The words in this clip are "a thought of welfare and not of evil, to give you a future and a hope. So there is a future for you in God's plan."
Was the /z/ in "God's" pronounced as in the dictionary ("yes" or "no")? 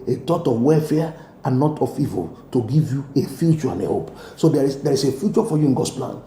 no